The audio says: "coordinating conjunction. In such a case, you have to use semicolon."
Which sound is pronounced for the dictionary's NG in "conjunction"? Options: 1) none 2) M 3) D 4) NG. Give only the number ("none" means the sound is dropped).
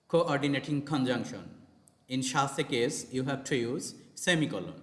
4